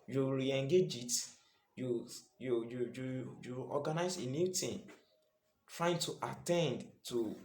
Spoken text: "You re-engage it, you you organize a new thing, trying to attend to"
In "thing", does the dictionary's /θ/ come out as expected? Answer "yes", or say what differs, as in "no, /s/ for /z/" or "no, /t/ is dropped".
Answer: no, /t/ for /θ/